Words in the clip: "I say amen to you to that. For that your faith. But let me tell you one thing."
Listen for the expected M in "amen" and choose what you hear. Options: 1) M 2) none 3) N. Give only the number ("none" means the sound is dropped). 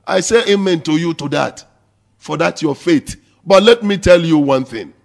1